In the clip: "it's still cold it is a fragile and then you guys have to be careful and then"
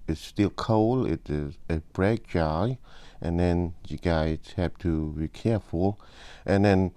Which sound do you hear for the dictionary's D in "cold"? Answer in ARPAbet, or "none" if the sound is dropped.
none